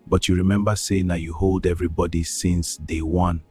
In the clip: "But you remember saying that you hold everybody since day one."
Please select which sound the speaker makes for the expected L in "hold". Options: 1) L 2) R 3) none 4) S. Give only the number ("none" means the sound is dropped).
1